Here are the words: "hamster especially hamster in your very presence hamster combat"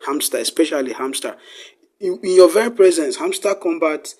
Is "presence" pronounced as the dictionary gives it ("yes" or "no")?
yes